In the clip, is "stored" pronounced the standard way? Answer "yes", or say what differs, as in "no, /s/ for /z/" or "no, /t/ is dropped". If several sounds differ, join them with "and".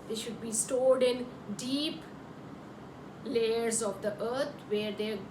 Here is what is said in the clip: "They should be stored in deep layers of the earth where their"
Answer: no, /l/ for /ɹ/